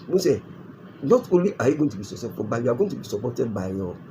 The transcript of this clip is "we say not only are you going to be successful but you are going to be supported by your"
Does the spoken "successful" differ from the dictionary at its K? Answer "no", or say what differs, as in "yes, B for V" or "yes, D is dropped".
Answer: yes, K is dropped